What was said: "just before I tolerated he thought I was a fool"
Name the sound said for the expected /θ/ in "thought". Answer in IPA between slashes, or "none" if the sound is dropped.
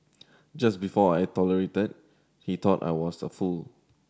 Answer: /t/